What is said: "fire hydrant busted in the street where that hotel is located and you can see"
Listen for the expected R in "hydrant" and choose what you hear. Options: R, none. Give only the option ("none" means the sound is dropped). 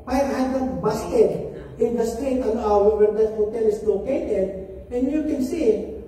none